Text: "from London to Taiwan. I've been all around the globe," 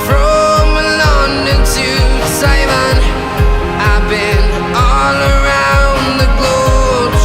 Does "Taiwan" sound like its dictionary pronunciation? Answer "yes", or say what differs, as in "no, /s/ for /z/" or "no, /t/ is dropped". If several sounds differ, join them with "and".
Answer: no, /s/ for /t/